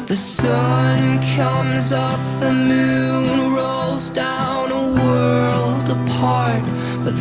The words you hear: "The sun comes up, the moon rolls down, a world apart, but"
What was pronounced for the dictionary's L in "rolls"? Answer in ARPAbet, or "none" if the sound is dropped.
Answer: L